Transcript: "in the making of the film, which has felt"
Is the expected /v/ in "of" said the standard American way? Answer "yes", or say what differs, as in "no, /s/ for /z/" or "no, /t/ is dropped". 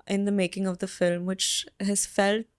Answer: yes